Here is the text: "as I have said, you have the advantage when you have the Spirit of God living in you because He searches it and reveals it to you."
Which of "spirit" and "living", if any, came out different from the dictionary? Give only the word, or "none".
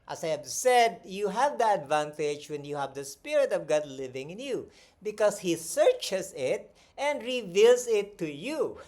none